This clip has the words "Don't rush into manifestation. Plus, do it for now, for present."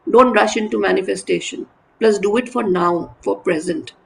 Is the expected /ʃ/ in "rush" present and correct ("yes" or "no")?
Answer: yes